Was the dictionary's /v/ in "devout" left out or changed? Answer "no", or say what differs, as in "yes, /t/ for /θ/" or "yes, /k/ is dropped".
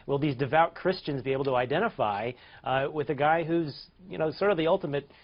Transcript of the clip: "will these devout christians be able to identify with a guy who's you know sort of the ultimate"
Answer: no